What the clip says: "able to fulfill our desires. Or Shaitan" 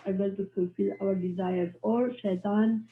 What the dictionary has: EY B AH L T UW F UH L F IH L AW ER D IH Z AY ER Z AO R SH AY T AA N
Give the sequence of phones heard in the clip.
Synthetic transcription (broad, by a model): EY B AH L T UW F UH L F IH L AW ER D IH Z AY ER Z AO R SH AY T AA N